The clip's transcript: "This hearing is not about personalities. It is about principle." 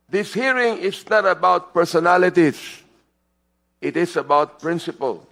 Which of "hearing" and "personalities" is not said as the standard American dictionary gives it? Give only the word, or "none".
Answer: personalities